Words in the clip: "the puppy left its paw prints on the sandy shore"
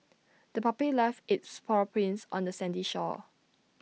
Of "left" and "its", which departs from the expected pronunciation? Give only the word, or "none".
left